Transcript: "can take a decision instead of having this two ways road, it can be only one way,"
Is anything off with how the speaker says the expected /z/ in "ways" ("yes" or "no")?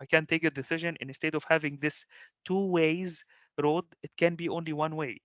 no